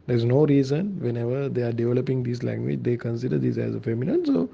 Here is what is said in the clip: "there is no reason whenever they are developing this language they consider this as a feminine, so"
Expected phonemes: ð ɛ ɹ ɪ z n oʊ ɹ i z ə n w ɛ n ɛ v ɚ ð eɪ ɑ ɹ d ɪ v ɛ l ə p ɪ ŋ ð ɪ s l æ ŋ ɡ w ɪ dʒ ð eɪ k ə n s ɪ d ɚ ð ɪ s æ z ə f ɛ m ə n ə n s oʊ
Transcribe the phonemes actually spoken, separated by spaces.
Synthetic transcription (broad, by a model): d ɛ ɹ ɪ z n oʊ ɹ i z ə n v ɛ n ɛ v ɚ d eɪ ɑ ɹ d ɪ v ɛ l ə p ɪ ŋ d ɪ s l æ ŋ ɡ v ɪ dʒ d eɪ k ə n s ɪ d ɚ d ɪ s æ z ə f ɛ m ə n ə n s oʊ